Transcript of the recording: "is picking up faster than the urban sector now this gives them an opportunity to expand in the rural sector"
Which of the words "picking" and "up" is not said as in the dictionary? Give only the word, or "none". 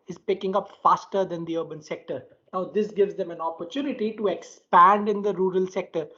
none